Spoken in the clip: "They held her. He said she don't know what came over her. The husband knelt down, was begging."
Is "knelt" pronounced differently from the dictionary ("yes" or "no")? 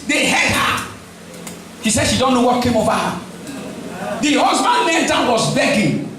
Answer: yes